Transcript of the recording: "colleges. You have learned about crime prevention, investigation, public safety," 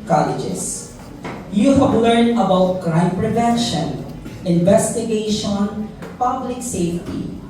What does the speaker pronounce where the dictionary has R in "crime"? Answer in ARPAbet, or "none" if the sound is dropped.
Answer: R